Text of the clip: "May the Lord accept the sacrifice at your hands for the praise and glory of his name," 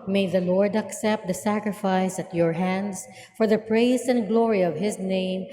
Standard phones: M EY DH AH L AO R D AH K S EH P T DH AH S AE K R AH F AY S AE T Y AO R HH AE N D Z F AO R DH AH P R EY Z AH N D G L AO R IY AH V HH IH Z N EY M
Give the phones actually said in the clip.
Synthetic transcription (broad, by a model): M EY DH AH L AO R D AH K S EH P T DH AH S AE K R AH F AY S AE T Y AO R HH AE N D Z F AO R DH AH P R EY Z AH N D G L AO R IY AH V HH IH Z N EY M